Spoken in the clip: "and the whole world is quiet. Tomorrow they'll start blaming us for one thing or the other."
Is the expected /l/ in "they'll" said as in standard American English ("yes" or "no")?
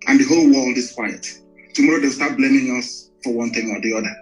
no